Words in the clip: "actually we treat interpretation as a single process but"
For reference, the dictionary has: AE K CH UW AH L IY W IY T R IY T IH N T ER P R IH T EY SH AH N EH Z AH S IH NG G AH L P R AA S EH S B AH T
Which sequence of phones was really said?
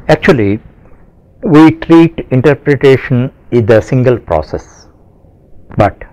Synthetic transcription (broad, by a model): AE K CH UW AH L IY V IY T R IY T IH N T ER P R IH T EY SH AH N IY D AH S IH NG G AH L P R AA S EH S B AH T